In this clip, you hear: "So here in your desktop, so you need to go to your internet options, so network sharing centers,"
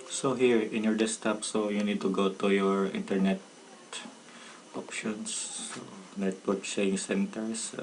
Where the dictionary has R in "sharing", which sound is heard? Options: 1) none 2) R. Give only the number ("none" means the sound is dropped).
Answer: 1